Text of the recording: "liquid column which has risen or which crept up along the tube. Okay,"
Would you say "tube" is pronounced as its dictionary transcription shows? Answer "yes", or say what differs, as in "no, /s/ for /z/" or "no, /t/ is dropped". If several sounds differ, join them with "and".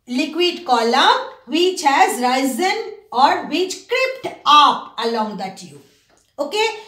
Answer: no, /b/ is dropped